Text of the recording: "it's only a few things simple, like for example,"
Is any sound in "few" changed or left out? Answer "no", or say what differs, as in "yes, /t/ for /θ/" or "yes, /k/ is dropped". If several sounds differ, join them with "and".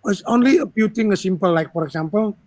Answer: yes, /p/ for /f/